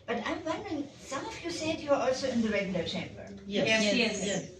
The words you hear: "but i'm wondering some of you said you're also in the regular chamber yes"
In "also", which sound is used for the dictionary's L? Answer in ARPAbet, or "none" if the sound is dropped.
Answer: L